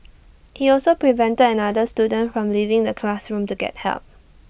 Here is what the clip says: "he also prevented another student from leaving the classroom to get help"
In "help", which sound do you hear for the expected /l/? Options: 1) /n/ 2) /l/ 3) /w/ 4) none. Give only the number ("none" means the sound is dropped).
2